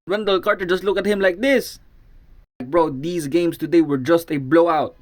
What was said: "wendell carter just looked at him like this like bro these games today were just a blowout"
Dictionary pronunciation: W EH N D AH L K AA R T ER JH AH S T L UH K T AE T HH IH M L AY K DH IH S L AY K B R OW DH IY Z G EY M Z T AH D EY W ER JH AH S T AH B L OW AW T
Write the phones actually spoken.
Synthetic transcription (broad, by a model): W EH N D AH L K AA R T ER JH AH S T L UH K AE T HH IH M L AY K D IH S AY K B R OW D IY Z G EY M S T AH D EY W ER JH AH S T AH B L OW AW T